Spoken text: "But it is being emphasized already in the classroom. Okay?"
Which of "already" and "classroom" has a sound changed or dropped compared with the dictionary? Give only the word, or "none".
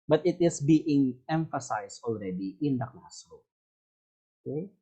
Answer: classroom